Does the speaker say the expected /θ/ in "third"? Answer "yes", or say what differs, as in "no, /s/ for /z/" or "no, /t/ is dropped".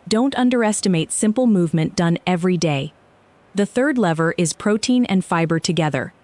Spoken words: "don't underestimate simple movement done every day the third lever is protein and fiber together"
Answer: yes